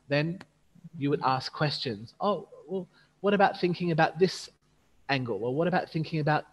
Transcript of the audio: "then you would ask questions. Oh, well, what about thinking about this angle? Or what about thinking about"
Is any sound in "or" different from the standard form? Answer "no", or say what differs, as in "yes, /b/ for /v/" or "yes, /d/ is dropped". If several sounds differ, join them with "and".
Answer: yes, /l/ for /ɹ/